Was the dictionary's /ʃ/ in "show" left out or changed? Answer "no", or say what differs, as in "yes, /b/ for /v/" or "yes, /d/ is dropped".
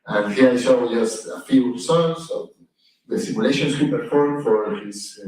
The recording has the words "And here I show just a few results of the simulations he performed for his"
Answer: yes, /s/ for /ʃ/